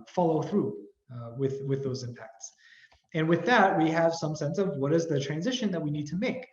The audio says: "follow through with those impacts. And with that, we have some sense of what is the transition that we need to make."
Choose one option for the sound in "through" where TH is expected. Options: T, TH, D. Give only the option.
TH